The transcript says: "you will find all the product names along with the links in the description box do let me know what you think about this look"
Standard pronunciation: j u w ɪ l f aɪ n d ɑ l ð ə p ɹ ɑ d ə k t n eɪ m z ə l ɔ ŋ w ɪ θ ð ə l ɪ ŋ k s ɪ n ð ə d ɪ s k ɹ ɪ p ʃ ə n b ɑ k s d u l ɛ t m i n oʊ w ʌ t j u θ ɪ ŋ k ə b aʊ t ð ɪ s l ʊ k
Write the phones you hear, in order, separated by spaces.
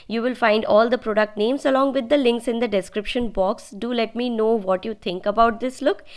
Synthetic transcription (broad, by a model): j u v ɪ l f aɪ n d ɑ l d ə p ɹ ɑ d ə k t n eɪ m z ə l ɔ ŋ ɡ ɪ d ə l ɪ ŋ k s ɪ n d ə d ɪ s k ɹ ɪ p ʃ ə n b ɑ k s d u l ɛ t m i n oʊ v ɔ t j u t ɪ ŋ k ə b aʊ t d ɪ s l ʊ k